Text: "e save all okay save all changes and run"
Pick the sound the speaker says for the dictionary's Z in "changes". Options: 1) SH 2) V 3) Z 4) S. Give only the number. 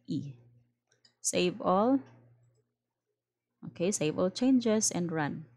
4